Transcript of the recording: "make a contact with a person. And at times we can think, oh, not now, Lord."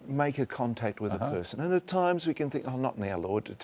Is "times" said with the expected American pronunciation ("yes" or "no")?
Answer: yes